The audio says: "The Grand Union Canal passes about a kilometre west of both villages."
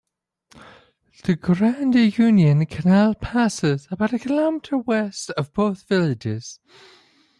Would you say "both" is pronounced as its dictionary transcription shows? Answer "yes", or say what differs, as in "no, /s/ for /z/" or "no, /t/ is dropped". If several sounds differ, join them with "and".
yes